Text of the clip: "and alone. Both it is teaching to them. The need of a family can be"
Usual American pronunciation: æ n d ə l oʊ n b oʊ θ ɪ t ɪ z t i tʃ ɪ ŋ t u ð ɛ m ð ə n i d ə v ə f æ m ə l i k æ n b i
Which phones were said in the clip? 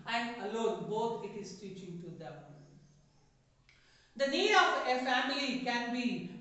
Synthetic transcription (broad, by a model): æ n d ə l oʊ n b oʊ t ɪ t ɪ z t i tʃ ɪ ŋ t u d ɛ m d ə n i d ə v ə f æ m ə l i k æ n b i